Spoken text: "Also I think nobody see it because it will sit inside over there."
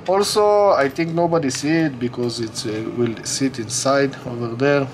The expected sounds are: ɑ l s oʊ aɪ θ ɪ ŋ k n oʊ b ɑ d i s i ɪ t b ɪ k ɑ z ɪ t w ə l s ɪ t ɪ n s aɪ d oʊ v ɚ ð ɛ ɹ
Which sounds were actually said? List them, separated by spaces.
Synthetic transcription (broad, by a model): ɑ l s oʊ aɪ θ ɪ ŋ k n oʊ b ɑ d i s i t b ɪ k ɑ z ɪ t w ə l s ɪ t ɪ n s aɪ d oʊ v ɚ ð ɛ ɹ